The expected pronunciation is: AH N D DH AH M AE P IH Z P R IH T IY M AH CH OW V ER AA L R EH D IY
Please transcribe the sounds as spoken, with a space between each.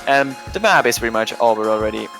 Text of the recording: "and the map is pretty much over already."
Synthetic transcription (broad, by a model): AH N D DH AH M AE B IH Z P R IH T IY M AH CH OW B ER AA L R EH D IY